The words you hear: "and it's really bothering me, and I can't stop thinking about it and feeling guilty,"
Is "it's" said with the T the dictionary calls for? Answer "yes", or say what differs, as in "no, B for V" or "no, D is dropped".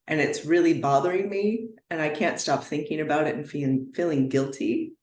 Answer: yes